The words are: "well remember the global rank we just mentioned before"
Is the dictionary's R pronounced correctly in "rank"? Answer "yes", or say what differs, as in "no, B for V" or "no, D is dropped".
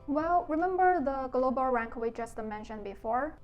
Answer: yes